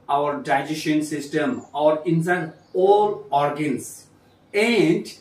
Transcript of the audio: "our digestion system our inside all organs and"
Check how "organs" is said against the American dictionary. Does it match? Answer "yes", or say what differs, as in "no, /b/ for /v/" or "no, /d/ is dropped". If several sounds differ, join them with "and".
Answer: no, /s/ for /z/